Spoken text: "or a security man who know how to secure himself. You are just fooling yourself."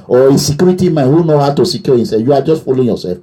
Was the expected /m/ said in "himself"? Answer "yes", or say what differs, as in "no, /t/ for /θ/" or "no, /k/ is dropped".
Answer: no, /m/ is dropped